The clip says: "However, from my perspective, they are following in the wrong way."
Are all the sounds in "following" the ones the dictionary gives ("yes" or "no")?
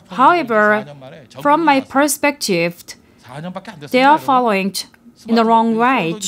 yes